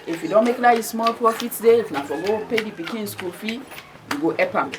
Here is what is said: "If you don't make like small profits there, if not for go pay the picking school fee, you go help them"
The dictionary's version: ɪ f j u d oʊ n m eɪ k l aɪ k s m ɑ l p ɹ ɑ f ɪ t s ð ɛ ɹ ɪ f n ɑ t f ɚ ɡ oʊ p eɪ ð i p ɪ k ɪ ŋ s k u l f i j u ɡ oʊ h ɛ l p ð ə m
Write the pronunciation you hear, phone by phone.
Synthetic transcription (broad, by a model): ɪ f j u d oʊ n m eɪ k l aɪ s m ɑ l p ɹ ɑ f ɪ t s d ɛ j ɪ f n ɑ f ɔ ɡ oʊ p eɪ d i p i k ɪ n s k u l f i j u ɡ oʊ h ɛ p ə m